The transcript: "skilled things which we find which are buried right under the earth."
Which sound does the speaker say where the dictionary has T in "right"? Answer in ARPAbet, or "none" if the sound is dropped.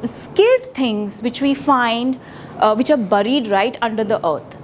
T